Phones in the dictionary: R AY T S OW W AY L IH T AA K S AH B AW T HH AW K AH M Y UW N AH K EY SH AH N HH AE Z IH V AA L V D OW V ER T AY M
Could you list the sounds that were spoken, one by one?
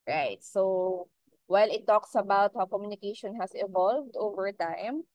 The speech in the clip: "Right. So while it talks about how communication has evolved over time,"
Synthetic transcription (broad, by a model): R AY T S OW W AY L IH T AA K S AH B AW T HH AW K AH M Y UW N AH K EY SH AH N HH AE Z IH V AA L V D OW V ER T AY M